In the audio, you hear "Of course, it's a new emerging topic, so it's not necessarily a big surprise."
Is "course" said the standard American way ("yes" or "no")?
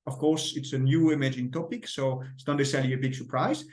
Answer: yes